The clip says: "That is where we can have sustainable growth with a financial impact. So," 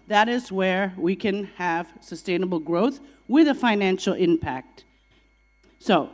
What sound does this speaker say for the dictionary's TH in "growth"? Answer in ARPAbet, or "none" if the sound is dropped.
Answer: TH